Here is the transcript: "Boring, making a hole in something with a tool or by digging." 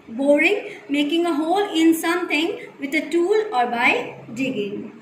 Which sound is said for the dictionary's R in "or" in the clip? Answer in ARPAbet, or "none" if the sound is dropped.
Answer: R